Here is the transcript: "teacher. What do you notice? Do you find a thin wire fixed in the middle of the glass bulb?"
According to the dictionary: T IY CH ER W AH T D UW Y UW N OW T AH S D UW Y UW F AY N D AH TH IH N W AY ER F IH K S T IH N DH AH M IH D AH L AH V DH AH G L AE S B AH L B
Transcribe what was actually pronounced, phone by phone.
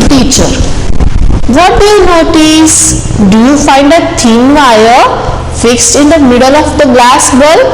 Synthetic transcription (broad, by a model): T IY CH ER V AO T D UW Y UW N OW T AH S D UW Y UW F AY N D AH T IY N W AY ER F IH K S T IH N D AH M IH D AH L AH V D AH G L AE S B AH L